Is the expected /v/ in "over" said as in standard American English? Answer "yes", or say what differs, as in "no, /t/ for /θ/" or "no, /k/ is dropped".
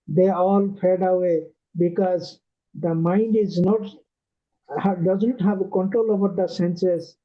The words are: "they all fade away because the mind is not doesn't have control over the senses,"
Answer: no, /b/ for /v/